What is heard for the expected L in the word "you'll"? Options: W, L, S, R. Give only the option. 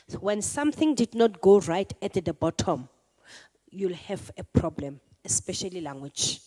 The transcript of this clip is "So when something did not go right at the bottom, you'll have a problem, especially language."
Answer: L